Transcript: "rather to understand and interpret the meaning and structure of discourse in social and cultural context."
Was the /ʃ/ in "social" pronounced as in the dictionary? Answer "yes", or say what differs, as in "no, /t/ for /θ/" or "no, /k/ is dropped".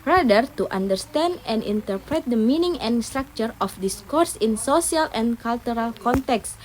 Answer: no, /s/ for /ʃ/